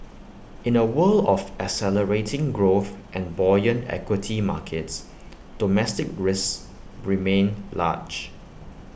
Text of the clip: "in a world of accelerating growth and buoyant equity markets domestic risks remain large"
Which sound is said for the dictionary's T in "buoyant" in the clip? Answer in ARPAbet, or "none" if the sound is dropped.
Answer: none